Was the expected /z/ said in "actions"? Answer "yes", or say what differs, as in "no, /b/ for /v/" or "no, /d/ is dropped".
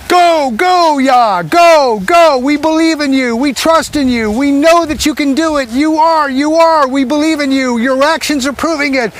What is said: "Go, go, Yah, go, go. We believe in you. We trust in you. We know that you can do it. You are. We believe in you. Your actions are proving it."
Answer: yes